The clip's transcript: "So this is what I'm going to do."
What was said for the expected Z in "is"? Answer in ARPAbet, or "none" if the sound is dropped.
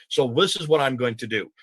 Z